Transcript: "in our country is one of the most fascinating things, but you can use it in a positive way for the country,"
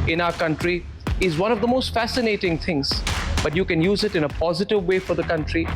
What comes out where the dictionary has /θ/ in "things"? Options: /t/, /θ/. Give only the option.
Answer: /t/